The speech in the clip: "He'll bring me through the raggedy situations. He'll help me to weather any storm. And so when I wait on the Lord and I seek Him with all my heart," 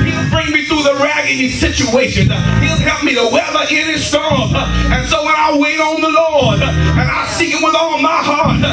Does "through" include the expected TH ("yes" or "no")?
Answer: yes